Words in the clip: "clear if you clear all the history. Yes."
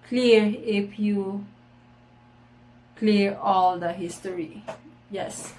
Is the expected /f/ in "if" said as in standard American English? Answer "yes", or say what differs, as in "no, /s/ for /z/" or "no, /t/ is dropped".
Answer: no, /p/ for /f/